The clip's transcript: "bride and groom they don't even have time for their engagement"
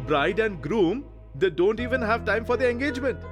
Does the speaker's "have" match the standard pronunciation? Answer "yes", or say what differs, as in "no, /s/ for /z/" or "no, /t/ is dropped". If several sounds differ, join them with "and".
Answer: yes